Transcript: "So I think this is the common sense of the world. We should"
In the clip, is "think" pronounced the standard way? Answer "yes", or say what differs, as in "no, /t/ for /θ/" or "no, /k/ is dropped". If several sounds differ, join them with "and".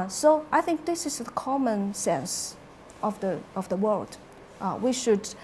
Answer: yes